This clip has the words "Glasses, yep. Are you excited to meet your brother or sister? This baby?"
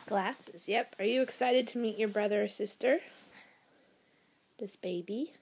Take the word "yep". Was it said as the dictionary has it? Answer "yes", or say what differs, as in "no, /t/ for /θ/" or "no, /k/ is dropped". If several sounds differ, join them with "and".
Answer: yes